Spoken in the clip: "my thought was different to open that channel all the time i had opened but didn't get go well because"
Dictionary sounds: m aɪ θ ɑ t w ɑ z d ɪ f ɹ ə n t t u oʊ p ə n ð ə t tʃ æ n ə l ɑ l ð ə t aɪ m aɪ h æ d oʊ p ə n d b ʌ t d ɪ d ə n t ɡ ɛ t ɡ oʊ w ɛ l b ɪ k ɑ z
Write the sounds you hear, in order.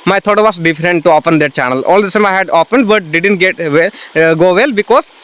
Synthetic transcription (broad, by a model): m aɪ t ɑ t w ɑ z d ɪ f ɹ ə n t t u oʊ p ə n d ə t tʃ æ n ə l ɑ l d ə s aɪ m aɪ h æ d oʊ p ə n d b ʌ t d ɪ d ə n t ɡ ɛ t ɡ oʊ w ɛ l b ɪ k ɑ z